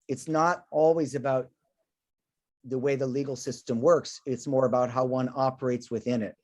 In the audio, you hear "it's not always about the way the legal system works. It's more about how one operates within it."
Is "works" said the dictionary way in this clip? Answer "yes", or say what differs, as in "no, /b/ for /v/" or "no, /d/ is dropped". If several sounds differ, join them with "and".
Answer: yes